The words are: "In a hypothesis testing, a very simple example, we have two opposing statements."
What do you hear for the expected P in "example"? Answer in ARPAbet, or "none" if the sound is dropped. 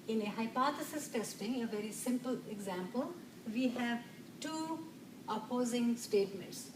P